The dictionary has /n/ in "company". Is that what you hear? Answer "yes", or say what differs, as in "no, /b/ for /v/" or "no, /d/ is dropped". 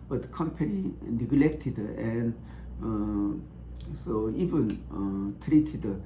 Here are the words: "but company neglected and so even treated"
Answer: no, /l/ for /n/